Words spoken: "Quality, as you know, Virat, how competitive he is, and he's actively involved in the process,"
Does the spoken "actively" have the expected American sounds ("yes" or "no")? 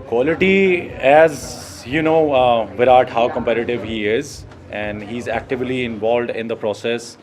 yes